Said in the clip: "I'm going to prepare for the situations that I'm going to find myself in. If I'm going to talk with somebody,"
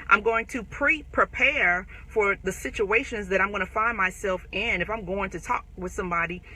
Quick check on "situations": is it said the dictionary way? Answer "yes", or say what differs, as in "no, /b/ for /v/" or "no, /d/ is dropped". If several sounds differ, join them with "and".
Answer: yes